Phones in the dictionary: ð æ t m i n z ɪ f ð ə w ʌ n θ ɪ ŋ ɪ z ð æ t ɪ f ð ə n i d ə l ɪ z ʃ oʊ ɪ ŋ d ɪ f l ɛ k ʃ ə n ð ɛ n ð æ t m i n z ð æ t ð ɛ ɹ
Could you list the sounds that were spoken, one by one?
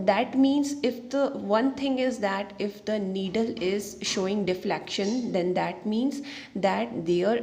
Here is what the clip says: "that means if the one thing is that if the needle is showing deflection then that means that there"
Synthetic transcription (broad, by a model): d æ t m i n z ɪ f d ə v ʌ n t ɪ ŋ ɪ z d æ t ɪ f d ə n i d ə l ɪ z ʃ oʊ ɪ ŋ d ɪ f l ɛ k ʃ ə n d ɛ n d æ t m i n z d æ t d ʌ ɹ